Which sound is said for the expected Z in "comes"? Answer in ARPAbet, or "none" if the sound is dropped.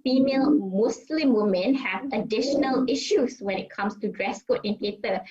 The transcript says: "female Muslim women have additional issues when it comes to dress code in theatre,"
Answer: S